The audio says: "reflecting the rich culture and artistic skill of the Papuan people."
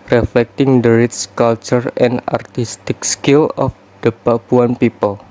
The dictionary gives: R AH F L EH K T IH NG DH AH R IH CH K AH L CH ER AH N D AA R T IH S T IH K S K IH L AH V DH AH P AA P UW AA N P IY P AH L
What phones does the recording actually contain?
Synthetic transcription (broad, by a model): R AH F L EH K T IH NG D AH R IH S K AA L CH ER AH N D AA R T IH S T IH K S K IH L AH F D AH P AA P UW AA N P IY P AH L